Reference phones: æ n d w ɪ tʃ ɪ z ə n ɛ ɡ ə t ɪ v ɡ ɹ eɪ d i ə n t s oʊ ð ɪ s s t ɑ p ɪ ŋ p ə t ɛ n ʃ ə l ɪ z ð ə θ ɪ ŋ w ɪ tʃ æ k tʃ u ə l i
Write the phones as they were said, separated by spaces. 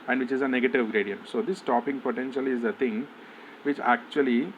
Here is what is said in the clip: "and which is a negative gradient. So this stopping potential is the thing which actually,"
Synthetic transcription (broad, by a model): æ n d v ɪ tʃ ɪ z ə n ɛ ɡ ə t ɪ v ɡ ɹ eɪ d i ə n t s oʊ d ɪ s s t ɑ p ɪ ŋ p ə t ɛ n ʃ ə l ɪ z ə t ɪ ŋ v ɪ tʃ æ k tʃ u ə l i